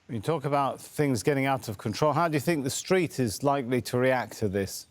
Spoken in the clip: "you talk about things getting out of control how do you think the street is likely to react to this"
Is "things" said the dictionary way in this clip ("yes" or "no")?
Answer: yes